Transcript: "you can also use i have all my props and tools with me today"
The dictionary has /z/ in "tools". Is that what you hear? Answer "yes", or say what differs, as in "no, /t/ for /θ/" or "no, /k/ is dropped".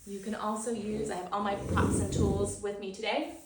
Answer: yes